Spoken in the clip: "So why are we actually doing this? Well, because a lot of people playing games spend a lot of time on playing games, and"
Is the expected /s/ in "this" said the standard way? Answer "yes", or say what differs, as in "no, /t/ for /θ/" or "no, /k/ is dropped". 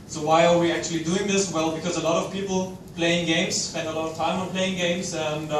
yes